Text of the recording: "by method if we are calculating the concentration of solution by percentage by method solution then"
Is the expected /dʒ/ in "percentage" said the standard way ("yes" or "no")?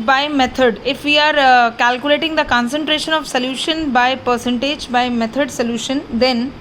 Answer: yes